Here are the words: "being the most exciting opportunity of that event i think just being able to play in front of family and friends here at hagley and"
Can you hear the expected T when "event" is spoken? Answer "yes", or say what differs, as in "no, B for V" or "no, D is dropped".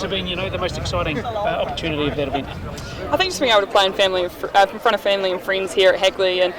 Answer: no, T is dropped